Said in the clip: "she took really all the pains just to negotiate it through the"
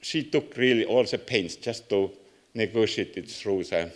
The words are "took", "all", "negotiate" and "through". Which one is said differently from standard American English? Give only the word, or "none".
through